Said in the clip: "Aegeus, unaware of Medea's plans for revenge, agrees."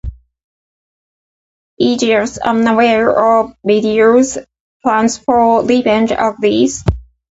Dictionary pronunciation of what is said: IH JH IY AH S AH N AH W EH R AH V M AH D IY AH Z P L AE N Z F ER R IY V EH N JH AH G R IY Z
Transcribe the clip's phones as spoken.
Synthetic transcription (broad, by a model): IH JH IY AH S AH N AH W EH R AH V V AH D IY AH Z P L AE N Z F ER L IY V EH N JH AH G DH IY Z